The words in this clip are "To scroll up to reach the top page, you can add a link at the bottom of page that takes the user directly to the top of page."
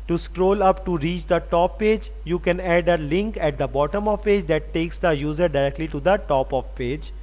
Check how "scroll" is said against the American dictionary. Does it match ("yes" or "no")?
yes